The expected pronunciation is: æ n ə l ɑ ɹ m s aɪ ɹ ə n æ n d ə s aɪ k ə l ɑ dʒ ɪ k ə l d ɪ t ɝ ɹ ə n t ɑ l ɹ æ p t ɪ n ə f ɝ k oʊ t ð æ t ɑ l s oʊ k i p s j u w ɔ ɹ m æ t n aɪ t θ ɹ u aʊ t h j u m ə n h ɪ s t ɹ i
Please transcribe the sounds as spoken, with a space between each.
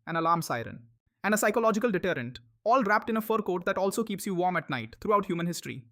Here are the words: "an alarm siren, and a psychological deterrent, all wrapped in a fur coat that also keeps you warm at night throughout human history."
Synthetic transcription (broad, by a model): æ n ə l ɑ ɹ m s aɪ ɹ ə n æ n d ə s aɪ k ə l ɑ dʒ ɪ k ə l d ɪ t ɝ ɹ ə n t ɑ l ɹ æ p t ɪ n ə f ɝ k oʊ t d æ t ɑ l s oʊ k i p s j u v ɔ ɹ m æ t n aɪ t t ɹ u aʊ t h j u m ə n h ɪ s t ɹ i